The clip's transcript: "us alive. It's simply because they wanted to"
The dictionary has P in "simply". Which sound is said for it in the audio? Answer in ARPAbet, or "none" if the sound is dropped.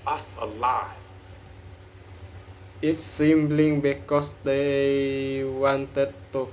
B